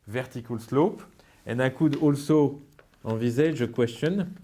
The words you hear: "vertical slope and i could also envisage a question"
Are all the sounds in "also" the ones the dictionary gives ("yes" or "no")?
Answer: yes